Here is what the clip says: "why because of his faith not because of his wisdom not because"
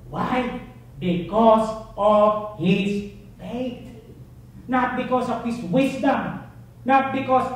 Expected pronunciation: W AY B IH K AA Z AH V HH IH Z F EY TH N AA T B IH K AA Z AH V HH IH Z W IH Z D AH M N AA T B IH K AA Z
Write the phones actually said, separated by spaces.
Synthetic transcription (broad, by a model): W AY B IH K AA S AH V HH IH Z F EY T N AA T B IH K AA S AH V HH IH S W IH S D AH M N AA T B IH K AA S